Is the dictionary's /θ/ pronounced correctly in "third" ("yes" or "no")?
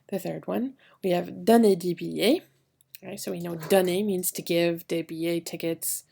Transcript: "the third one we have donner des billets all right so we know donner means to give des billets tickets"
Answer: yes